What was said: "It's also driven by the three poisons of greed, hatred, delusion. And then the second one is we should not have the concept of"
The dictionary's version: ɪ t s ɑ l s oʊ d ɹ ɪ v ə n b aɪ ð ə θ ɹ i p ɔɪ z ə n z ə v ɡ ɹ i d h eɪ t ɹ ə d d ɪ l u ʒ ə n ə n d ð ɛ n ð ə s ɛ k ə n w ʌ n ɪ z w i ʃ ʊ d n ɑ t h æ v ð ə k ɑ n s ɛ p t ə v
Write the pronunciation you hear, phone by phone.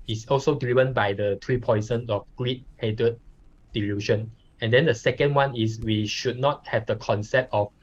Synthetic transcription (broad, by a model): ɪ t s ɑ l s oʊ d l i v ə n b aɪ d ə t ɹ i p ɔɪ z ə n ə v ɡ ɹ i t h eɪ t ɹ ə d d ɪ l u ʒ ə n ə n d ɛ n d ə s ɛ k ə n w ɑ n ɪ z w i ʃ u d n ɑ t h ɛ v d ə k ɑ n s ɛ p t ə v